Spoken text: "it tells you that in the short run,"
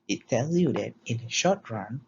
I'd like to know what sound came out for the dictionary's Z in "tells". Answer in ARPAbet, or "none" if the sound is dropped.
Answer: none